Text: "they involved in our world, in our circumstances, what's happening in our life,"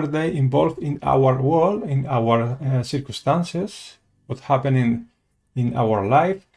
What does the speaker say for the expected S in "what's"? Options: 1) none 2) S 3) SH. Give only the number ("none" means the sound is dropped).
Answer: 1